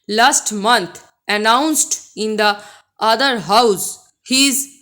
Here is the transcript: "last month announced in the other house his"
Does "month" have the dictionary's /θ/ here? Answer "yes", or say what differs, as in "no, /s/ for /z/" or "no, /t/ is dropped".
no, /t/ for /θ/